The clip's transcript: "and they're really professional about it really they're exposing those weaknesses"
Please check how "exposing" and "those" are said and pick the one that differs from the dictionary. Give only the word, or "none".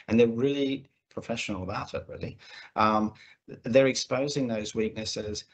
none